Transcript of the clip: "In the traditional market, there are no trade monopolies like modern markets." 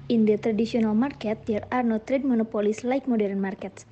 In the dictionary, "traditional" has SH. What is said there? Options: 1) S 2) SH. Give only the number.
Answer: 1